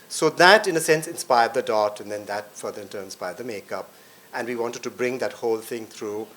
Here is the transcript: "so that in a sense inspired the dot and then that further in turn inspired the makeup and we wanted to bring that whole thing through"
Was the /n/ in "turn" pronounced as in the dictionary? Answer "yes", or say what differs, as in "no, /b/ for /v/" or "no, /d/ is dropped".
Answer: no, /n/ is dropped